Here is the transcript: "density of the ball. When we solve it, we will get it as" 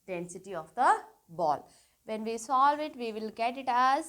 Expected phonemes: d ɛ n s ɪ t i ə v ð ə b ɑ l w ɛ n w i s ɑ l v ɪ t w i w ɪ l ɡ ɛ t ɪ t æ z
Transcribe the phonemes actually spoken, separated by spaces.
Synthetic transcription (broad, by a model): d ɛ n s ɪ t i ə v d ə b ɑ l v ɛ n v i s ɑ l v ɪ t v i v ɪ l ɡ ɛ t ɪ t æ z